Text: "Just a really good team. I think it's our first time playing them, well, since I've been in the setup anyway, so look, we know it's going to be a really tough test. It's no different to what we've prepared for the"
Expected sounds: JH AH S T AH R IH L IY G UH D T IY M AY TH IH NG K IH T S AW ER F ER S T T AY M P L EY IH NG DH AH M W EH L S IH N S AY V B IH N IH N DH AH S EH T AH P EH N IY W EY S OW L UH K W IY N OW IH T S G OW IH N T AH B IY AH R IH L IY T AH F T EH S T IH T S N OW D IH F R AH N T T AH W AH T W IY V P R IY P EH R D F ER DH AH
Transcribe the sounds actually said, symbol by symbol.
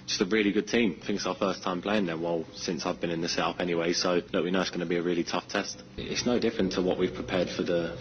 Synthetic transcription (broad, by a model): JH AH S T AH R IH L IY G UH D T IY M TH IH NG K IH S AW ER F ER S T T AY M P L EY IH NG DH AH W EH L S IH N S AY V B IH N IH N DH AH S EH T AH P EH N IY W EY S OW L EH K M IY N OW IH T S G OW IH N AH B IY AH R IH L IY T AH F T EH S T IH T S N OW D IH F R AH N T T AH W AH T W IY V P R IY P EH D F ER DH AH